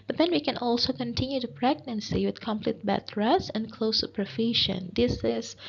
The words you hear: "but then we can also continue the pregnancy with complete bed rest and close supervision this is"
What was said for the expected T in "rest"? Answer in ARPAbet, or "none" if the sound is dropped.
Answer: none